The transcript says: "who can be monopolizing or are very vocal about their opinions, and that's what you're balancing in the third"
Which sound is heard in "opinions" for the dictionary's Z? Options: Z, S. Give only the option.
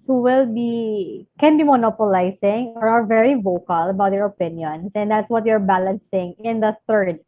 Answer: S